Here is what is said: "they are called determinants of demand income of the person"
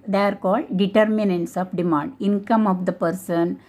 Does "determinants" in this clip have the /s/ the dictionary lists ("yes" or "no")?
yes